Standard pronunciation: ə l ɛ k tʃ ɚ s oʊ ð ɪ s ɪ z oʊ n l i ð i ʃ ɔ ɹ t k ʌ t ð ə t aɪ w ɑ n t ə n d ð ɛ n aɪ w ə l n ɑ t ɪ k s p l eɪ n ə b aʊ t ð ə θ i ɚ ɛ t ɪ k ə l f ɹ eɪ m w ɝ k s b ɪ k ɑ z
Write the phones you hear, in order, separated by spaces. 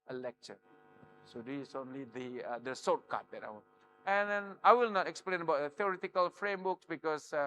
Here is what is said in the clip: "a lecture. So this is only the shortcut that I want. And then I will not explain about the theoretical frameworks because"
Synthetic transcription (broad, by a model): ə l ɛ k tʃ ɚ s oʊ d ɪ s oʊ n l i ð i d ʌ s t k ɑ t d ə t aɪ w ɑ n ə n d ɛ n aɪ w ə l n ɑ t ɪ k s p l eɪ n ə b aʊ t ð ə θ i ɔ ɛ t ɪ k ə l f ɹ eɪ m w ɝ k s b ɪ k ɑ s